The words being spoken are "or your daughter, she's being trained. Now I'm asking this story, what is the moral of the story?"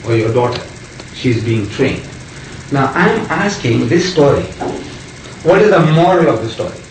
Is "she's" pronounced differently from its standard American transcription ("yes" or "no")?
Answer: no